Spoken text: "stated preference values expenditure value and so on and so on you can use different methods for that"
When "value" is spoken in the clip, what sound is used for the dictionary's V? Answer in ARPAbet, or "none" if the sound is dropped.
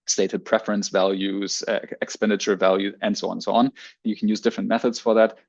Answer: V